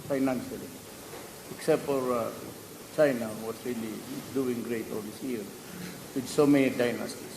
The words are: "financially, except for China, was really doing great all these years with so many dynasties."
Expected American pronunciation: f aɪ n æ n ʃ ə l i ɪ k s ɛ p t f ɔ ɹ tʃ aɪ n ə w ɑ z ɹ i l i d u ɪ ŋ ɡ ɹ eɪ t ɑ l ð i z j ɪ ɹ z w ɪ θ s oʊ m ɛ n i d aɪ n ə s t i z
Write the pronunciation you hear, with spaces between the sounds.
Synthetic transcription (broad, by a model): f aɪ n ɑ n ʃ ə l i ɪ k s ɛ p t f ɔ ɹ tʃ aɪ n ə w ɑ s ɹ i l i d u ɪ ŋ ɡ ɹ eɪ t ɑ l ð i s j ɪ ɹ w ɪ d s oʊ m ɛ n i d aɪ n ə s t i